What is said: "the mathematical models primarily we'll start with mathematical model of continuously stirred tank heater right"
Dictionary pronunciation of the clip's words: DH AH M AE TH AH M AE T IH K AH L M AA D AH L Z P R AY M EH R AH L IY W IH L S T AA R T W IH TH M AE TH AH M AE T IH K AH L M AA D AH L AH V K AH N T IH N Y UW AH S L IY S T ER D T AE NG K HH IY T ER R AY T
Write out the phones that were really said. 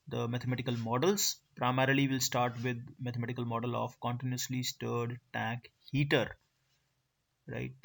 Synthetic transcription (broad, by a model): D AH M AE T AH M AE T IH K AH L M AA D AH L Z P R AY M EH R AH L IY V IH L S T AA R T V IH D M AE T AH M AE T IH K AH L M AA D AH L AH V K AH N T IH N Y UW AH S L IY S T ER D T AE K HH IY T ER R AY T